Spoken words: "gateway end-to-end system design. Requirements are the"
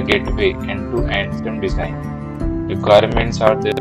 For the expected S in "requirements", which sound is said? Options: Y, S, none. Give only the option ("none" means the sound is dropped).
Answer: S